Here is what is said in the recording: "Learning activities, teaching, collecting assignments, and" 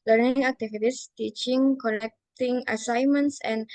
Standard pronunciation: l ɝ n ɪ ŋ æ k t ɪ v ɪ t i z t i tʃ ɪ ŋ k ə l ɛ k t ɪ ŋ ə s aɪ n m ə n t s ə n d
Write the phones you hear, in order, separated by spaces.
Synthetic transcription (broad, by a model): l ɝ n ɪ ŋ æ k t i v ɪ t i s t i tʃ ɪ ŋ k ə n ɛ k t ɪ ŋ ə s aɪ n m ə n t s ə n